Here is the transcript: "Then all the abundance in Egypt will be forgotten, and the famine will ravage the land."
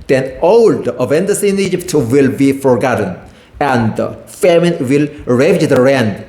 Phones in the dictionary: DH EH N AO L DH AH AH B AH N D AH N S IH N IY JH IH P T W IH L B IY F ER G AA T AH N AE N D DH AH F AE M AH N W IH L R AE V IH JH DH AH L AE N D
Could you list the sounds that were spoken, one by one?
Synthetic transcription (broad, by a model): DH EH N AO L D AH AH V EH N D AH S IH N IY JH IH P T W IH L B IY F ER G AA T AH N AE N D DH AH F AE M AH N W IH L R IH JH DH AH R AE N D